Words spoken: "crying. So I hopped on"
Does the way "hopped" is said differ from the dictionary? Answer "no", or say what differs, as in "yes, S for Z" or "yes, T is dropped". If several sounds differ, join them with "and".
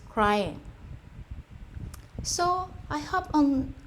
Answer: yes, T is dropped